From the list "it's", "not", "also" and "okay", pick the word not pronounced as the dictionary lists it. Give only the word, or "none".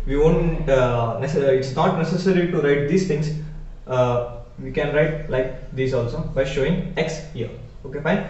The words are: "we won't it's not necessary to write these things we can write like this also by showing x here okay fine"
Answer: none